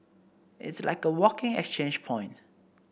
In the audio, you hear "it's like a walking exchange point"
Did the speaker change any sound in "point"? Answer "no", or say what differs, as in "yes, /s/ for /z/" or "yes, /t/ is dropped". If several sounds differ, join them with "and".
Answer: no